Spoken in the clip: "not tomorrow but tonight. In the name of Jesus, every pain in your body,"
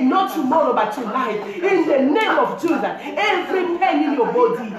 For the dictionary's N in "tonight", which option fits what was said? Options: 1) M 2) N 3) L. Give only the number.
3